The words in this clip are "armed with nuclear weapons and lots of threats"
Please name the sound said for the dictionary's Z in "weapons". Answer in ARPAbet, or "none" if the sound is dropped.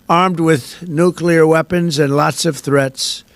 Z